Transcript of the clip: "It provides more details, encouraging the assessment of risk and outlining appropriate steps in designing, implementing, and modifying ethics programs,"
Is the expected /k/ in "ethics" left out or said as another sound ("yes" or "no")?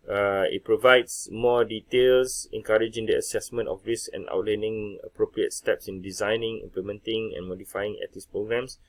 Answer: yes